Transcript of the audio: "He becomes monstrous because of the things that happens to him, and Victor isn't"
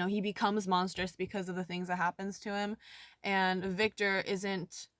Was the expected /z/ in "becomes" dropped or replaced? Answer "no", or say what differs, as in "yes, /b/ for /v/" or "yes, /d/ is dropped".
no